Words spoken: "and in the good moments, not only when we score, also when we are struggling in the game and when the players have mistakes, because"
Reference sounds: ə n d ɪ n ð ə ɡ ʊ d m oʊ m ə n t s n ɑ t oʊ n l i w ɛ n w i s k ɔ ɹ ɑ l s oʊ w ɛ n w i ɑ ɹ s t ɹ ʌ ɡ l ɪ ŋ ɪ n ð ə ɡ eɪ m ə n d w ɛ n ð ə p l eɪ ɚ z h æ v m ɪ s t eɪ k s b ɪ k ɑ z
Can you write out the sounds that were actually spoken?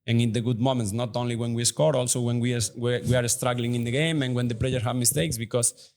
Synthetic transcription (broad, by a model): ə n ɪ n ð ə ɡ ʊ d m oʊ m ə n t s n ɑ t oʊ n l i w ɛ n w i s k ɔ ɹ ɑ l s oʊ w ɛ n w i ɑ ɹ s t ɹ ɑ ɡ l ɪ ŋ ɪ n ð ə ɡ eɪ m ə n w ɛ n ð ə p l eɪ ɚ h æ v m ɪ s t eɪ k s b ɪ k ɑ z